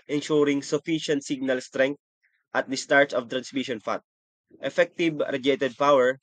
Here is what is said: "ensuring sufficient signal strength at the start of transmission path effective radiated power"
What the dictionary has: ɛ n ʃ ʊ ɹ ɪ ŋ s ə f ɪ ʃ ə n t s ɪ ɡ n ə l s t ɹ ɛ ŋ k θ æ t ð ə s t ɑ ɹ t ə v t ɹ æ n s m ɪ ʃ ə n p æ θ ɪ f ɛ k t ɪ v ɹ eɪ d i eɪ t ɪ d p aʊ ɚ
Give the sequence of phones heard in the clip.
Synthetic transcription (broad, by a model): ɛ n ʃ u ɹ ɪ ŋ s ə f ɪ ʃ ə n t s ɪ ɡ n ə l s t ɹ ɛ ŋ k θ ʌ t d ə s t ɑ ɹ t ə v t ɹ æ n s m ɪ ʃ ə n f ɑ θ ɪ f ɛ k t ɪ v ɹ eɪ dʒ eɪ t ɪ d p aʊ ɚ